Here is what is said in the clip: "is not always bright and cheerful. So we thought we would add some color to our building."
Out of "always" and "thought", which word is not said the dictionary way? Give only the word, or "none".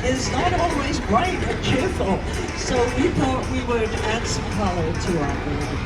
none